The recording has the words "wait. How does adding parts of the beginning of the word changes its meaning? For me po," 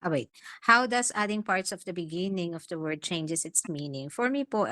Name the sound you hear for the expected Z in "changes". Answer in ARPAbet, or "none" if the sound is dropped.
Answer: S